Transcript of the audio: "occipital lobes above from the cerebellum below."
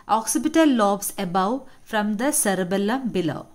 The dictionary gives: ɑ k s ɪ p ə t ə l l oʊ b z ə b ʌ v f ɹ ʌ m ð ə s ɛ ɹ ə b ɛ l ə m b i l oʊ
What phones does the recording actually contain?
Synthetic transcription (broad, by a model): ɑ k s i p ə t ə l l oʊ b s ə b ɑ w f ɹ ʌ m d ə s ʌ ɹ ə b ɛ l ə m b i l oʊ